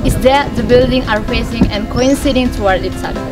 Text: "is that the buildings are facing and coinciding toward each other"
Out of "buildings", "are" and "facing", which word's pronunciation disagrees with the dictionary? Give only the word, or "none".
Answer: buildings